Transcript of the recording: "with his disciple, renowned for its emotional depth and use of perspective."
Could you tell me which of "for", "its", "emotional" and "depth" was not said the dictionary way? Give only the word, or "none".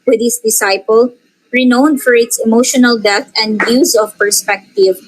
depth